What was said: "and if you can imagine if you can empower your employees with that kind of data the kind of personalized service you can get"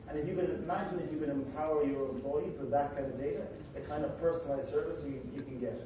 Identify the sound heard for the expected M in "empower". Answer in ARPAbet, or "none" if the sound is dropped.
M